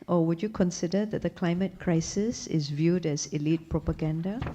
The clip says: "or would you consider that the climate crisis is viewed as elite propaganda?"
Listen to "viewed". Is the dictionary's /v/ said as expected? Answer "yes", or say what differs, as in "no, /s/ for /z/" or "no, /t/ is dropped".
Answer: yes